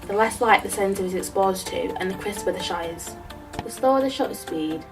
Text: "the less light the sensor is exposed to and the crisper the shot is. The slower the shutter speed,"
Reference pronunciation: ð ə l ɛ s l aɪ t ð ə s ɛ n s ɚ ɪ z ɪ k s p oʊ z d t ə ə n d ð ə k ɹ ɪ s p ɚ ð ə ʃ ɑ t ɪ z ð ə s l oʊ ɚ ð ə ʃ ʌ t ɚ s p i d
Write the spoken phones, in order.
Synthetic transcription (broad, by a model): ð ə l ɛ s l aɪ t ð ə s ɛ n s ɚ ɪ z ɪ k s p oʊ z t ə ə n ð ə k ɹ ɪ s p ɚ ð ə ʃ ɑ ɪ z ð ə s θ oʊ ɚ ð ə ʃ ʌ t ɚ s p i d